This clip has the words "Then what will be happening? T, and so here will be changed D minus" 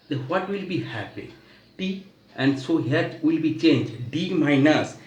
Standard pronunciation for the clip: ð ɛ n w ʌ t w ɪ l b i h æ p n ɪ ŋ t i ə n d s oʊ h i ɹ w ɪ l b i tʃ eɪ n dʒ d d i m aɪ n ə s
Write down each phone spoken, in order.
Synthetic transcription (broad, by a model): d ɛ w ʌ t w ɪ l b i h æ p ɪ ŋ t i ə n d s oʊ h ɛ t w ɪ l b i tʃ eɪ n dʒ d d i m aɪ n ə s